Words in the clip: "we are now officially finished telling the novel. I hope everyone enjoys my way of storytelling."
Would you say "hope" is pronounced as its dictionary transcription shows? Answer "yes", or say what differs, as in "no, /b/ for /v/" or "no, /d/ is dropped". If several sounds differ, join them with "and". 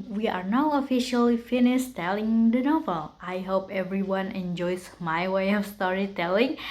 yes